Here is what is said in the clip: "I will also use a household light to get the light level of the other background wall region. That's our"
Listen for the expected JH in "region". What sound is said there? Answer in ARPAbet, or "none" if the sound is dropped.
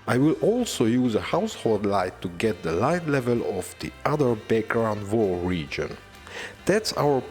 JH